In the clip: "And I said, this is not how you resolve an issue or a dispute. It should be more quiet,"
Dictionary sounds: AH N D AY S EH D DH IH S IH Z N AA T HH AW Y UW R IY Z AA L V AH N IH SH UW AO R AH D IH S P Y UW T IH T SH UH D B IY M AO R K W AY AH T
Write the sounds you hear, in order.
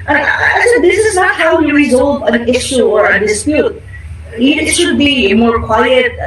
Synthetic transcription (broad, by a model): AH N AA AY TH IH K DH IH S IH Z N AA T HH AW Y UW R IY Z AA L V AH N IH SH UW AO R AH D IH S P Y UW T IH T SH UH D B IY M AO R K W AY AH T